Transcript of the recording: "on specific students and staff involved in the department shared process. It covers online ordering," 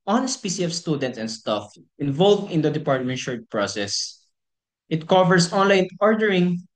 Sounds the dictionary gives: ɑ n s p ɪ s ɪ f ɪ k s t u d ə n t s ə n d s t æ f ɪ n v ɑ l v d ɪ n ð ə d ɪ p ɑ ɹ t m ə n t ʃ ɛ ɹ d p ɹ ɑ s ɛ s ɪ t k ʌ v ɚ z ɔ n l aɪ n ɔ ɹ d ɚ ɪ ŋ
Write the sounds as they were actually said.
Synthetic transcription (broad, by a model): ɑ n s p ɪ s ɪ ɪ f s t u d ə n t s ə n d s t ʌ f ɪ n v ɑ l v d ɪ n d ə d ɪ p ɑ ɹ t m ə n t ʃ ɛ ɹ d p ɹ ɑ s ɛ s ɪ t k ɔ v ɚ s ɔ n l aɪ n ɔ ɹ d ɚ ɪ ŋ